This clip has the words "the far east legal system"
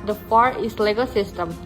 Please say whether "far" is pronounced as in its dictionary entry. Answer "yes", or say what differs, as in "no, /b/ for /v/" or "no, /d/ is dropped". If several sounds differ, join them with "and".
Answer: no, /p/ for /f/